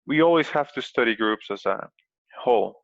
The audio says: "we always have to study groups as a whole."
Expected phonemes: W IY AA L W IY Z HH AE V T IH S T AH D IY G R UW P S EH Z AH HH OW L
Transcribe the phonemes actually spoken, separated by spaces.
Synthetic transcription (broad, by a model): W IY AA L W IY Z HH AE F T IH S T AH D IY G R UW P S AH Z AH HH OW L